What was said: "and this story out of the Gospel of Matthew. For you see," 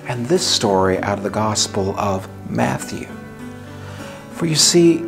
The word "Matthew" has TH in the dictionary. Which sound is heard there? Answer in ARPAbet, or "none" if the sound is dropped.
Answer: TH